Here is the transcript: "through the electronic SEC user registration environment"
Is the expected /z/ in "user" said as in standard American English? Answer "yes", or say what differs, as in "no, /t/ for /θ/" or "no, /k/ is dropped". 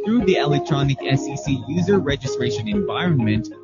yes